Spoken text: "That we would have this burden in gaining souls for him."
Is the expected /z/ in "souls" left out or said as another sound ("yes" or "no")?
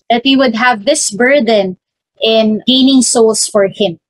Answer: yes